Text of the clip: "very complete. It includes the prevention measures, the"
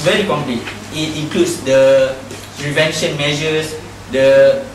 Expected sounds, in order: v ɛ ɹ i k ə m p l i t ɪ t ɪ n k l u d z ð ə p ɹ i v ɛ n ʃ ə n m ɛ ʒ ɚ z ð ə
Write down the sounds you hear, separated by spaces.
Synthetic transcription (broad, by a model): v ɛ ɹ i k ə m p l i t ɪ t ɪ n k l u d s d ə p ɹ i v ɛ n ʃ ə n m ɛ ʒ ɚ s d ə